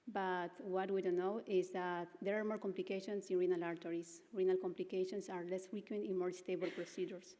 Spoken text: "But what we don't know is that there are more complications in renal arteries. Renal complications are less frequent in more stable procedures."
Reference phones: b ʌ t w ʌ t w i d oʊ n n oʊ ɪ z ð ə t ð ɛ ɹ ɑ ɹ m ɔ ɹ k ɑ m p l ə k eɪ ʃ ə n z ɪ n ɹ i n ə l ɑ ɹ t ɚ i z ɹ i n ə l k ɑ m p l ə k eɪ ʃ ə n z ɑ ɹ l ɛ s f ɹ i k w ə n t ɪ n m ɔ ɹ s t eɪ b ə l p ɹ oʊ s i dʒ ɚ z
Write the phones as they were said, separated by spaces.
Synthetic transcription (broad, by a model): b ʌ t w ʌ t w i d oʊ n n oʊ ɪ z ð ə t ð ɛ ɹ ɑ ɹ m ɔ ɹ k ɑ m p l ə k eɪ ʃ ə n s ɪ n ɹ i n ə l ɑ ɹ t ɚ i s ɹ i n ə l k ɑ m p l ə k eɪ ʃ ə n s ɑ ɹ l ɛ s f ɹ i k w ə n t ɪ n m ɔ ɹ s t eɪ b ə l p ɹ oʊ s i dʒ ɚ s